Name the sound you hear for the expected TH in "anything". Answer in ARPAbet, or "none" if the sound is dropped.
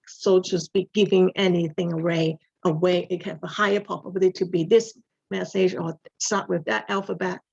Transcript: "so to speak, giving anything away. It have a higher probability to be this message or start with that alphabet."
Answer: TH